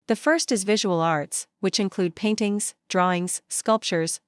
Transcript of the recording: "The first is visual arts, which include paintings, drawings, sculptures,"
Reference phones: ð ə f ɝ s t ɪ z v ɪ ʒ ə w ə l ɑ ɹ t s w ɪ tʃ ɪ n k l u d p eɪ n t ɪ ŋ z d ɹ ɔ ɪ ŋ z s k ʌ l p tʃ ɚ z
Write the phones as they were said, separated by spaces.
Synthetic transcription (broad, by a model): ð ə f ɝ s t ɪ z v ɪ ʒ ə w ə l ɑ ɹ t s w ɪ tʃ ɪ n k l u d p eɪ n t ɪ ŋ z d ɹ ɔ ɪ ŋ z s k ʌ l p tʃ ɚ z